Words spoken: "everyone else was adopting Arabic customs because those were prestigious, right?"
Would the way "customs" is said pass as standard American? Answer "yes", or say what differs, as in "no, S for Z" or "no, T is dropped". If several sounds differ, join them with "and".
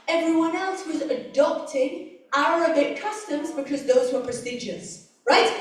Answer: yes